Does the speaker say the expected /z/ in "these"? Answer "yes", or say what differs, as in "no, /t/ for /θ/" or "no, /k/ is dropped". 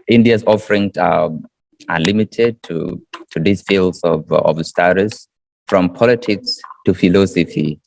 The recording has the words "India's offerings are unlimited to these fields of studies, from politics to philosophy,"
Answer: no, /s/ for /z/